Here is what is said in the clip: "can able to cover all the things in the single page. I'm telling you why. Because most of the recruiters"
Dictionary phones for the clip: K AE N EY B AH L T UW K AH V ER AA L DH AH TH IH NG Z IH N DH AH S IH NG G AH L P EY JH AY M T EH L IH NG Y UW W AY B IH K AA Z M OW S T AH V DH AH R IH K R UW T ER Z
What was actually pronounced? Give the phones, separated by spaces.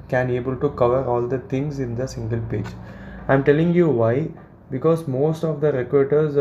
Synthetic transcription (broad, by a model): K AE N EY B AH L T UW K AH V ER AA L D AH T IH NG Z IH N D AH S IH NG G AH L P EY JH AY M T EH L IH NG Y UW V AY B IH K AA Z M OW S T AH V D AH R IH K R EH T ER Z